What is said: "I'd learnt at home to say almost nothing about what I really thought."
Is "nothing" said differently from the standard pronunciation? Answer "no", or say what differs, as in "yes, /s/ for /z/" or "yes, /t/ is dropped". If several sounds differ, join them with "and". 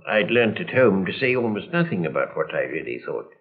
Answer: no